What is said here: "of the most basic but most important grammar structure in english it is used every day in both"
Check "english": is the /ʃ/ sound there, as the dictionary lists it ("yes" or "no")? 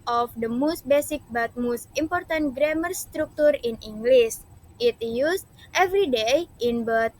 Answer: no